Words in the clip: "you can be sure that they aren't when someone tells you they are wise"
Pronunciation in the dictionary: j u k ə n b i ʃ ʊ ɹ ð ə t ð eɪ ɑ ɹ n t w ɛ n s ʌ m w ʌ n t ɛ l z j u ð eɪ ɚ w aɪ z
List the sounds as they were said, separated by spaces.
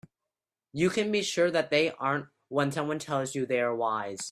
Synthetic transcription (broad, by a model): j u k ə n b i ʃ ʊ ɹ ð ə t ð eɪ ɑ ɹ n t w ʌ n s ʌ w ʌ n t ɛ l z j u ð eɪ ɚ w aɪ z